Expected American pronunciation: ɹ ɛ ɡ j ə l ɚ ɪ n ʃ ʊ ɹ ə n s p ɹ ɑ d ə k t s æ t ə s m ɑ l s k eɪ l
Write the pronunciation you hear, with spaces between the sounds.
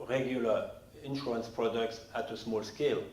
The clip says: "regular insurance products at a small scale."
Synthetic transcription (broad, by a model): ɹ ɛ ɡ j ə l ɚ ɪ n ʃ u ə n s p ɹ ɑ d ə k t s æ t ə s m ɑ l s k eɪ l